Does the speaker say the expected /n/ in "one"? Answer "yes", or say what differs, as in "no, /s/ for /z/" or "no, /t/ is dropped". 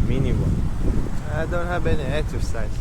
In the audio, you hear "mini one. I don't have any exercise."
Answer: no, /n/ is dropped